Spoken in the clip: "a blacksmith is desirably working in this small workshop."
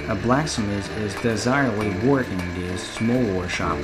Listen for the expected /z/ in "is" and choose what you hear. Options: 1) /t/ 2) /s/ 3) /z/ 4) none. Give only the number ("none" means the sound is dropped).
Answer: 3